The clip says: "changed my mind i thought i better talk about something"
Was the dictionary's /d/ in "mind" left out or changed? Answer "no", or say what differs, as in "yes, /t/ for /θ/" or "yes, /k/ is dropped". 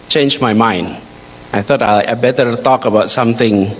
no